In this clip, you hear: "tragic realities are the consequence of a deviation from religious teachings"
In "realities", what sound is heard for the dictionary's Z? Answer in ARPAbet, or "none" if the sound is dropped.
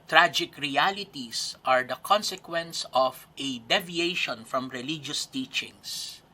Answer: S